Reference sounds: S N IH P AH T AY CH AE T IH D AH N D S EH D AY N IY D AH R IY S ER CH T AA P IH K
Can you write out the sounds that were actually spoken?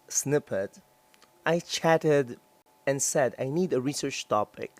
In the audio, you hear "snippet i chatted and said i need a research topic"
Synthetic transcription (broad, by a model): S N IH P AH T AY CH AE T IH D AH N S EH D AY N IY D AH R IY S ER CH T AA P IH K